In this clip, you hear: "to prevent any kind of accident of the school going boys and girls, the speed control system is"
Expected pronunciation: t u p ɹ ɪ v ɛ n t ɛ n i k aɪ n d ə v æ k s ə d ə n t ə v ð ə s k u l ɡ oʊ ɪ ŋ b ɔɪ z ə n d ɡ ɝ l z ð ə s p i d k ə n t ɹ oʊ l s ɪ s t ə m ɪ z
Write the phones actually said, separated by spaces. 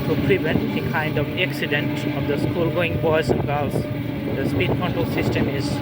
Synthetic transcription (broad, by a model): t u p ɹ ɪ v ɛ n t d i k aɪ n d ə v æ k s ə d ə n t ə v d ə s k u l ɡ oʊ ɪ ŋ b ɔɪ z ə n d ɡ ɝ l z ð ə s p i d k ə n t oʊ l s ɪ s t ə m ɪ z